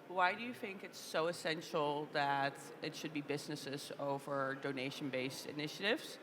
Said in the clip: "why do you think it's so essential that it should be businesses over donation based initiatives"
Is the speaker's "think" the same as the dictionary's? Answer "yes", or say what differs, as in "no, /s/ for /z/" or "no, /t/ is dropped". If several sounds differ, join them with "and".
yes